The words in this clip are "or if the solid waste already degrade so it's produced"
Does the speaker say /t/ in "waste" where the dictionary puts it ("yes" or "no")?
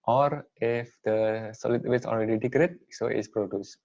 no